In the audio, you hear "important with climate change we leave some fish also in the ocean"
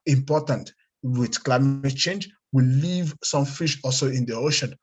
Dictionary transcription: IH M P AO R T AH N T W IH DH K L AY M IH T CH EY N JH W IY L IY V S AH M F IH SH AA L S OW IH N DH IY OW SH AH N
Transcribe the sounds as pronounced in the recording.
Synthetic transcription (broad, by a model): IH M P AO T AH N T W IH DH K L AY M IH T CH EY N JH W IY L IY V S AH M F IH SH AA L S OW IH N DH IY OW SH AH N